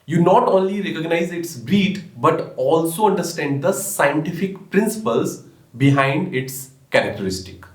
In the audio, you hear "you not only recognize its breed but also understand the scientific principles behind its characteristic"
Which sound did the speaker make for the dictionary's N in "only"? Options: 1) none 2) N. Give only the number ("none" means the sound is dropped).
2